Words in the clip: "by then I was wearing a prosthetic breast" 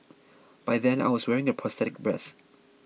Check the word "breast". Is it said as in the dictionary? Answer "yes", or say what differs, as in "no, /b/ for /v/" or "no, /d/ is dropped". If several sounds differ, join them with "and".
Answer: no, /t/ is dropped